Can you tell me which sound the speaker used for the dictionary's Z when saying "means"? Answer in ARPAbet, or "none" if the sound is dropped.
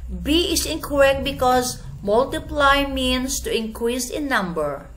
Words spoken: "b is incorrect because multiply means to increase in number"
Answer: S